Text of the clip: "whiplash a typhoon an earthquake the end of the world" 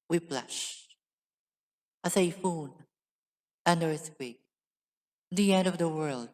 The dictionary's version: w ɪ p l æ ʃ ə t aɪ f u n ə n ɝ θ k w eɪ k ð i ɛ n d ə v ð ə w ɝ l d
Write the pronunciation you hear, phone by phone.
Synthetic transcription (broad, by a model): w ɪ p l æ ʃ ə s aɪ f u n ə n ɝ s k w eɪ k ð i ɛ n d ə v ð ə w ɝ l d